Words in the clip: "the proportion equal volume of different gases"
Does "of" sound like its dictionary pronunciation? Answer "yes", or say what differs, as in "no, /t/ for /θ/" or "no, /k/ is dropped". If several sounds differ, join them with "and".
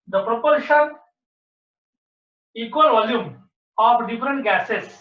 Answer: no, /p/ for /v/